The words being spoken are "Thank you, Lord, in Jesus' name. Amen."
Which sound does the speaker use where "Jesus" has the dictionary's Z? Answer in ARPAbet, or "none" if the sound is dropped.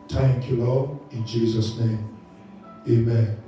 Z